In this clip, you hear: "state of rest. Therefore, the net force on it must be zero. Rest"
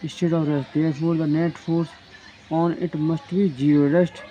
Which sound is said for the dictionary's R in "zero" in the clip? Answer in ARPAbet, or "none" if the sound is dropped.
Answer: none